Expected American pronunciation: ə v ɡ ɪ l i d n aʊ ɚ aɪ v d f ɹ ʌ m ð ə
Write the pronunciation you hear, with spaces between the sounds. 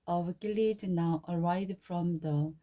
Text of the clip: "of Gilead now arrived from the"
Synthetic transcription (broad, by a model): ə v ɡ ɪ l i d n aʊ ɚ aɪ d f ɹ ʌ m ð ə